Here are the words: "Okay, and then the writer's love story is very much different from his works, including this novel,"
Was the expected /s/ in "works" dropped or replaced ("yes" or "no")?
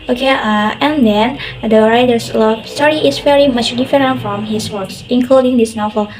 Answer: no